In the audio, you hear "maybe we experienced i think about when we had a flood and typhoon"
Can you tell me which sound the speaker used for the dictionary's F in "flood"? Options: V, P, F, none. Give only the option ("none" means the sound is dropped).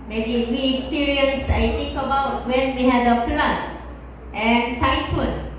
P